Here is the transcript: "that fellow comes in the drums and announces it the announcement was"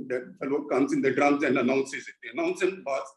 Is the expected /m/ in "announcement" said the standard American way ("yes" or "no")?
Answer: no